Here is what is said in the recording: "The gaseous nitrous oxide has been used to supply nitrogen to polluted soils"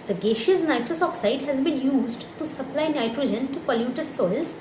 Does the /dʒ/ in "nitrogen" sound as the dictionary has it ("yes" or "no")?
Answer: yes